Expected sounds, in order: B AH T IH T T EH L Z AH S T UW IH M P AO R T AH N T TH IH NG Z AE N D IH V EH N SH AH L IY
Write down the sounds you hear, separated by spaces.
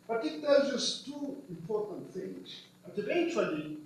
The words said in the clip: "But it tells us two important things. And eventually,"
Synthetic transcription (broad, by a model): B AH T IH T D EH Z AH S T UW IH M P AO R T AH N T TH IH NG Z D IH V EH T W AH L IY